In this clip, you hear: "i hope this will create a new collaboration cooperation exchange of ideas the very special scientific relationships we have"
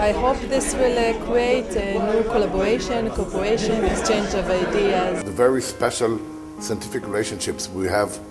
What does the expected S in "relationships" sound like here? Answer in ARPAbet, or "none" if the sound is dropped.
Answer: S